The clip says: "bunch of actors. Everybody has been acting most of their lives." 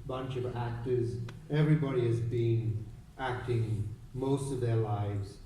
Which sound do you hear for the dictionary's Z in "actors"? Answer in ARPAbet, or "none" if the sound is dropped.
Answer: Z